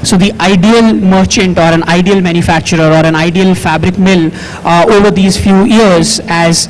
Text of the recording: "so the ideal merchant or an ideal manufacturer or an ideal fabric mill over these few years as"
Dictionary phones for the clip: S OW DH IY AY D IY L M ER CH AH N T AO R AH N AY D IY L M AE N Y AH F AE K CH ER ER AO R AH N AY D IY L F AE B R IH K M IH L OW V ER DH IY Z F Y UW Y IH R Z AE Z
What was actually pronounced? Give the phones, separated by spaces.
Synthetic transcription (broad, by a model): S OW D IY AY D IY L M ER CH AH N T AO R AH N AY D IY L M AE N Y AH F AE K CH ER ER AO R AH N AY D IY L F AE B R IH K M IH L OW V ER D IY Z F Y UW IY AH R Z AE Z